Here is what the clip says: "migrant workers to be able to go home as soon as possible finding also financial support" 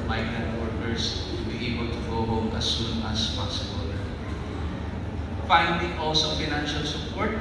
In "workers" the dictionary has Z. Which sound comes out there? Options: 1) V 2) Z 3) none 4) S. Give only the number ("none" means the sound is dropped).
4